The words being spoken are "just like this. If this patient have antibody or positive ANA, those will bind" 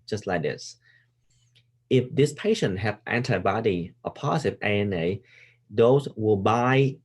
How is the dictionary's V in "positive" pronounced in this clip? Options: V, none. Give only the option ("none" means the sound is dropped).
none